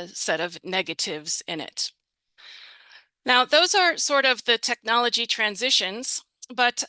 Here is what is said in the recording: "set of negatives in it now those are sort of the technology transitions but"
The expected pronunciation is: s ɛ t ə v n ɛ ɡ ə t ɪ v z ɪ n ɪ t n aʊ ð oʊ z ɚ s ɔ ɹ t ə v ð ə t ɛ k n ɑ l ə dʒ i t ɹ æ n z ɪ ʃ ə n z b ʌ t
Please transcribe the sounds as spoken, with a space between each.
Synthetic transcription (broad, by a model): s ɛ t ə v n ɛ ɡ ə t ɪ v z ɪ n ɪ t n aʊ ð oʊ z ɚ s ɔ ɹ t ə v ð ə t ɛ k n ɑ l ə dʒ i t ɹ æ n z ɪ ʃ ə n z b ʌ t